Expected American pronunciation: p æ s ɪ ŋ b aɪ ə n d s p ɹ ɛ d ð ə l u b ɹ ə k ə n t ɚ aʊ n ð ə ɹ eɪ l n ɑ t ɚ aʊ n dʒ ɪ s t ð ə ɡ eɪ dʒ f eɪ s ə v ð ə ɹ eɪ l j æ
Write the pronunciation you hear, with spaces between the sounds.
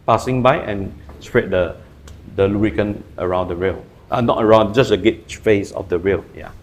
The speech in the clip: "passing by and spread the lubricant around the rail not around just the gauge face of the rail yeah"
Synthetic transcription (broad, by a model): p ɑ s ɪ ŋ b aɪ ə n s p ɹ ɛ d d ə l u ɹ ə k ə n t ɚ aʊ n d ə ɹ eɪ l n ɑ t ɚ aʊ n dʒ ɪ s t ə ɡ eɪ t f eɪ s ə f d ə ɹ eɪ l j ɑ